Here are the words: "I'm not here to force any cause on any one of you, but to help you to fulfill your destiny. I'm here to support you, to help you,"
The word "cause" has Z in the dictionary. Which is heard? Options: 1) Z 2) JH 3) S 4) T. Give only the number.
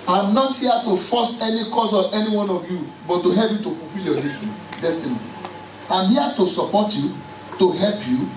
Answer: 3